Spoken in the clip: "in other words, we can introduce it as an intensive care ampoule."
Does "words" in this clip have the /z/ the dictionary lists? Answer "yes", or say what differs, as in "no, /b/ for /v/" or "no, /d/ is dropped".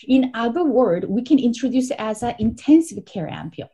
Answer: no, /z/ is dropped